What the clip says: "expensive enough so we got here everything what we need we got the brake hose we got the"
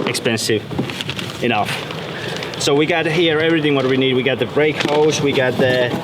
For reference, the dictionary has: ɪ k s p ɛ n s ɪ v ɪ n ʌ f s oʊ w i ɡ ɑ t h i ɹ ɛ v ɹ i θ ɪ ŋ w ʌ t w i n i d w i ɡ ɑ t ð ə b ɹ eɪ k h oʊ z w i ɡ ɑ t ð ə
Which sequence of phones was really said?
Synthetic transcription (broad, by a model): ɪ k s p ɛ n s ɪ v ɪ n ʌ f s oʊ w i ɡ ɑ t h i ɹ ɛ v ɹ i θ ɪ ŋ w ʌ t w i n i d w i ɡ ɑ t ð ə b ɹ eɪ k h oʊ s w i ɡ ɑ t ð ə